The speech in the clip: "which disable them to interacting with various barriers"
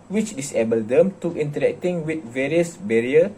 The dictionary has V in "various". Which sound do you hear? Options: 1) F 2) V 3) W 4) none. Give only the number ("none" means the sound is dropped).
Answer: 2